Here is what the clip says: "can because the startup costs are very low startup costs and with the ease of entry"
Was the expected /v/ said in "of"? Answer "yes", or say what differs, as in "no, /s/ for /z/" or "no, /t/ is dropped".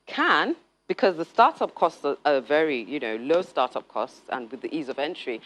yes